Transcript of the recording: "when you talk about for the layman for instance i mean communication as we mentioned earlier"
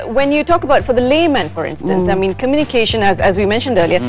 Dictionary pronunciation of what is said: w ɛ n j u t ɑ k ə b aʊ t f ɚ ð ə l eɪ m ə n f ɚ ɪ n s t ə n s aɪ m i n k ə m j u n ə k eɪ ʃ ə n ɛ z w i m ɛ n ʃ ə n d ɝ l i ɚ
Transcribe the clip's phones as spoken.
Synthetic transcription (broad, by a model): w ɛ n j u t ɑ k ə b aʊ t f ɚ ð ə l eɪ m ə n f ɚ ɪ n s t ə n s aɪ m i n k ə m j u n ə k eɪ ʃ ə n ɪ z w i m ɛ n ʃ ə n d ɝ l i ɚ